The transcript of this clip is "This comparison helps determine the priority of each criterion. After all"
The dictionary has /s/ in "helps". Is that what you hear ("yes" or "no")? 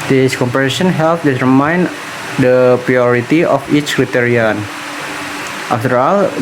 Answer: no